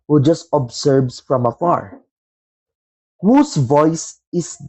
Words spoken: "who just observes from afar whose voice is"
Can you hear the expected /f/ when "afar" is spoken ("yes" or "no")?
yes